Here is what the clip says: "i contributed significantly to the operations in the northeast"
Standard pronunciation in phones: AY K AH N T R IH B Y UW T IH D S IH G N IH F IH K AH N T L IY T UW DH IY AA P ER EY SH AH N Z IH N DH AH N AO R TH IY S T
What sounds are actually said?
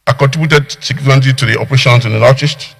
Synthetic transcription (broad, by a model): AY K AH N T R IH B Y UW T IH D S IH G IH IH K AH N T IY T UW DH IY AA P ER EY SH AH N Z IH N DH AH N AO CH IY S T